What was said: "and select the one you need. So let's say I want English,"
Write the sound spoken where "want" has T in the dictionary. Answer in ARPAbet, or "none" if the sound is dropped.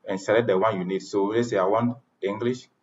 none